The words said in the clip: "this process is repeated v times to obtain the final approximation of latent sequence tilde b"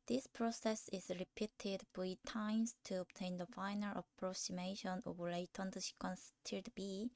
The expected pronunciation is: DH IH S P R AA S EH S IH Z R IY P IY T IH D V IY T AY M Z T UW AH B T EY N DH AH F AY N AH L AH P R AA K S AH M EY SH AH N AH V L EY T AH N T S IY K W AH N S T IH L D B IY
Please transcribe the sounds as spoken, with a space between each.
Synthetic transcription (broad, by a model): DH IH S P R AA S EH S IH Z R IY P IY T IH D B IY T AY M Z T UW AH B T EY N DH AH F AY N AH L AH P R AA K S AH M EY SH AH N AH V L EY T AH N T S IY K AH N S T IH D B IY